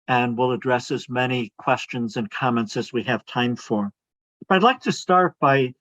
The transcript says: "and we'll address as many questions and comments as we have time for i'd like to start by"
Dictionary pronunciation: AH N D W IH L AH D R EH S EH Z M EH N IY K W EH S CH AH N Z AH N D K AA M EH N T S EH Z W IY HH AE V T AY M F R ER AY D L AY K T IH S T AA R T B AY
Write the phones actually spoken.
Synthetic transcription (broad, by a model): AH N W IH L AH D R EH S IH Z M EH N IY K W EH S CH AH N Z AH N K AA M EH N T S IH Z W IY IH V T AY M F R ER AY D L AY K T IH S T AA R T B AY